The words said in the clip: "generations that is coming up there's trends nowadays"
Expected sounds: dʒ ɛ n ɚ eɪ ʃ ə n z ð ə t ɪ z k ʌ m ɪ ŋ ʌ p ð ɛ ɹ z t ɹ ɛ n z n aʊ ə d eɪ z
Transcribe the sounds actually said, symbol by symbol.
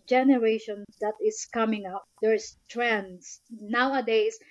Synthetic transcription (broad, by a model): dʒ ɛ n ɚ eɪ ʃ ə n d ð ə t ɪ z k ʌ m ɪ ŋ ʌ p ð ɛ ɹ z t ɹ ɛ n s n aʊ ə d eɪ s